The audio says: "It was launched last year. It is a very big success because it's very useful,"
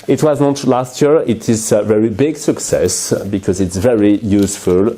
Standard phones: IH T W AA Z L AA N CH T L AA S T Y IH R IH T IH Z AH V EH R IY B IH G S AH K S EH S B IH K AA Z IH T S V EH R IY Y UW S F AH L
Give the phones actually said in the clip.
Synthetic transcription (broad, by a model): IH T W AA Z N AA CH T L AA S T Y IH R IH T IH Z AH V EH R IY B IH G S AH K S EH S B IH K AA Z IH T S V EH R IY Y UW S F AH L